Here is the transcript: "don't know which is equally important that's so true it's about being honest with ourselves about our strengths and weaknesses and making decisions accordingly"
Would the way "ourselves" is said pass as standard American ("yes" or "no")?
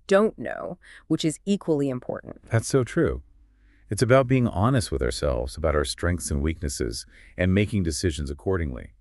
yes